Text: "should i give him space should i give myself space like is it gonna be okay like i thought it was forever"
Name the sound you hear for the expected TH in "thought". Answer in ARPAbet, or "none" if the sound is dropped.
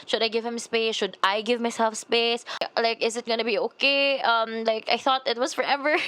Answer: TH